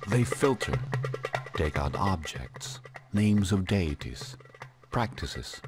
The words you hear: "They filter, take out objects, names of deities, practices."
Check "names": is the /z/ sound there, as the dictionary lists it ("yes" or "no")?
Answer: yes